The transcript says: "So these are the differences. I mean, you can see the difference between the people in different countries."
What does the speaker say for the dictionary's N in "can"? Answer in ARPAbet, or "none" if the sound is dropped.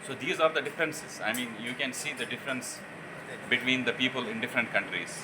N